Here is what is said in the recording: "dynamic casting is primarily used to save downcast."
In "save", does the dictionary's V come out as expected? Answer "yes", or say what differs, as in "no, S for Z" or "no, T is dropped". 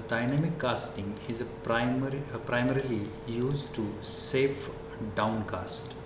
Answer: no, F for V